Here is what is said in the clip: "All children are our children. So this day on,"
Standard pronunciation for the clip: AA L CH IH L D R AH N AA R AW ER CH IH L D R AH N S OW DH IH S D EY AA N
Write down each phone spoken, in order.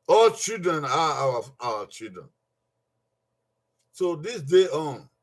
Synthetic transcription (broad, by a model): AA L CH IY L D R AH N AA W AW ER CH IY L D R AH N S OW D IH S D EY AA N